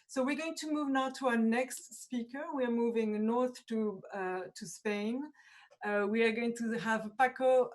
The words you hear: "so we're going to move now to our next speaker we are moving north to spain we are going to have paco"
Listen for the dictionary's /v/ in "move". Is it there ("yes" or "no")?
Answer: yes